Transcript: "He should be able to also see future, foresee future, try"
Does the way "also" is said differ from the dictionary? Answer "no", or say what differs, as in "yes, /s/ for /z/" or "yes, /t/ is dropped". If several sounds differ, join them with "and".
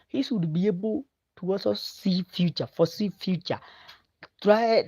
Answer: yes, /l/ is dropped